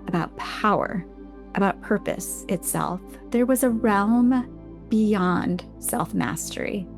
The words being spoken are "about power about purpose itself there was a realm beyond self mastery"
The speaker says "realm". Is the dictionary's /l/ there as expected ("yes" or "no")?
yes